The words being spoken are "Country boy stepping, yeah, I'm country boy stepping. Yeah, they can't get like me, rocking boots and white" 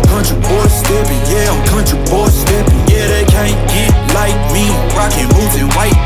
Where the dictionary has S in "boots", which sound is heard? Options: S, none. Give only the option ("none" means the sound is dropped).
none